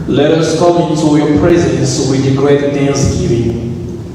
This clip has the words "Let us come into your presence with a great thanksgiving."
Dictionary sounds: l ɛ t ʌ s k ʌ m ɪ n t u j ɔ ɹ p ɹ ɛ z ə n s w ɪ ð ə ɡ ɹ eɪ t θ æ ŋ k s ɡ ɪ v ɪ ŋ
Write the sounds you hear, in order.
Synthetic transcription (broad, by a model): l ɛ t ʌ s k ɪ l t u j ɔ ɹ p ɹ ɛ z ə n s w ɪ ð ə ɡ ɹ eɪ t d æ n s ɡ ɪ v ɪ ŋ